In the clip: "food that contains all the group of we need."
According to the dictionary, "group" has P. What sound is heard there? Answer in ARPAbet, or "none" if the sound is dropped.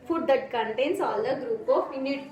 P